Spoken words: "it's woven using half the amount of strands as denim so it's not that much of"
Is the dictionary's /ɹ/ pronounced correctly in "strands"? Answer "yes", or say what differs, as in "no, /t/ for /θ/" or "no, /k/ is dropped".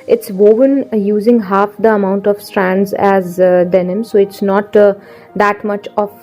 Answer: yes